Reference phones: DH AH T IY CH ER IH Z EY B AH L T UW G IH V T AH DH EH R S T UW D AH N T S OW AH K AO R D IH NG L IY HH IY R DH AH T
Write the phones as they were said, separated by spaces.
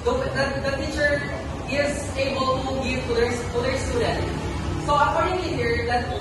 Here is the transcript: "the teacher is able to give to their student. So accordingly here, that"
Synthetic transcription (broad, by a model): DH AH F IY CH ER IH Z EY B AH L T UW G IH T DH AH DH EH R S T UW D AH N T S OW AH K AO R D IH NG IY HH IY R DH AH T